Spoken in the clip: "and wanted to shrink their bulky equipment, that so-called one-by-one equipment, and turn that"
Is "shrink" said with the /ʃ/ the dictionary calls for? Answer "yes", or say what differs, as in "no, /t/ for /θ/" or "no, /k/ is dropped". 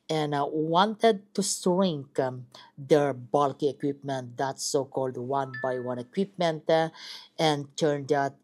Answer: no, /s/ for /ʃ/